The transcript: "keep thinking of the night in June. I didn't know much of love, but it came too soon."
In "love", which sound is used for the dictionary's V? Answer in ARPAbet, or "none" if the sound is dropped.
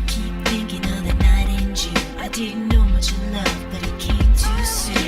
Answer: F